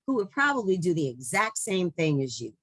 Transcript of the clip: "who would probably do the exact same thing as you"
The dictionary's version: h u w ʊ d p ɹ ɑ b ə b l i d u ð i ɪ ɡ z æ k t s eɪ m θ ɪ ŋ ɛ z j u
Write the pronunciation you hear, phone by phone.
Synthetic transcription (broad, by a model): h u w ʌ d p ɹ ɑ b ə b l i d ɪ ð i ɪ ɡ z æ k t s eɪ m θ ɪ ŋ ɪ z j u